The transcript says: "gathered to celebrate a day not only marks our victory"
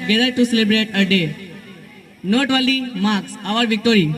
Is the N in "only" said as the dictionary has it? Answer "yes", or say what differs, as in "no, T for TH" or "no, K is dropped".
no, N is dropped